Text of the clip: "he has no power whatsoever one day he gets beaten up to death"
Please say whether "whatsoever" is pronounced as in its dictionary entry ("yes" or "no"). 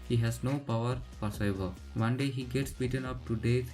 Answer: no